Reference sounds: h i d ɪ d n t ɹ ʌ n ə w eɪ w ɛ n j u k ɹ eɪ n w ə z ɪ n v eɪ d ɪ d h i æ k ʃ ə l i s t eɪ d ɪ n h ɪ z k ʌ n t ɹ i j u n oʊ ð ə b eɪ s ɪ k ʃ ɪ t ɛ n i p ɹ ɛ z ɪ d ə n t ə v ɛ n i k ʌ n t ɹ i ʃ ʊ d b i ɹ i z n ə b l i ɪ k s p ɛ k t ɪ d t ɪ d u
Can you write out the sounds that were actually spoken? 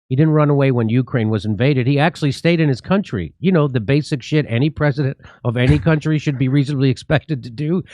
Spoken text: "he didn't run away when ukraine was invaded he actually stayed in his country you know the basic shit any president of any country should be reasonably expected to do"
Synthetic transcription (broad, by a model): h i d ɪ d n t ɹ ʌ n ə w eɪ w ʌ n j u k ɹ eɪ n w ə z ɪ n v eɪ d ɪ d h i æ k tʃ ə l i s t eɪ d ɪ n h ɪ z k ʌ n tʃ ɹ i j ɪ n oʊ ð ə b eɪ s ɪ k ʃ ɪ t ɛ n i p ɹ ɛ z ɪ d ə n t ə v ɛ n i k ʌ n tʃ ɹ i ʃ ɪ d b i ɹ i z n ə b l i ɪ k s p ɛ k t ɪ d t ɪ d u